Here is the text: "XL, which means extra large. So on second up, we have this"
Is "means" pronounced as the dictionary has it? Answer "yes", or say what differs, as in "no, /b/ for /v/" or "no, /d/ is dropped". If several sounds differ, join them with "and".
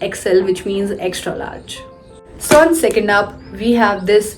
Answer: yes